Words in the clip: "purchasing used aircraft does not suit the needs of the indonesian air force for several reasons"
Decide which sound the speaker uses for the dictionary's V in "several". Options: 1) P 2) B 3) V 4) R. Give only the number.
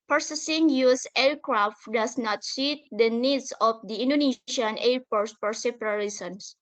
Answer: 1